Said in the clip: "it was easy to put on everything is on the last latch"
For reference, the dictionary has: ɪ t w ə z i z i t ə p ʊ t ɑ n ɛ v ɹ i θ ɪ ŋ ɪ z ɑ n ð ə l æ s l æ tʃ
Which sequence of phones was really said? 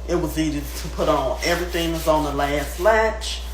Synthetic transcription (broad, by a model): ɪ t w ə z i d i t ə p ʊ t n ɛ v ɹ i θ ɪ ŋ ɪ z n ð ə l æ s l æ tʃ